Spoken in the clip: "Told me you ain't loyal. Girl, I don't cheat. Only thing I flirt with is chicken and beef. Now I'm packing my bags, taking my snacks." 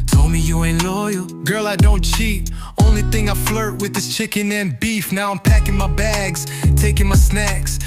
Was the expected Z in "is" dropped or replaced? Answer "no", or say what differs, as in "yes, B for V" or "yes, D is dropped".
yes, S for Z